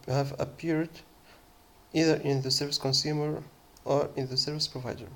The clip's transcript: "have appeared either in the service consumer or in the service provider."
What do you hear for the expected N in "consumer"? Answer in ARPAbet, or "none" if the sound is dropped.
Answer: N